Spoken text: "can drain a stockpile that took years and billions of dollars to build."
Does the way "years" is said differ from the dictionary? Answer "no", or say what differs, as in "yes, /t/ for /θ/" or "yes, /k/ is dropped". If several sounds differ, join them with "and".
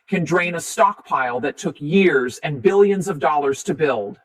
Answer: no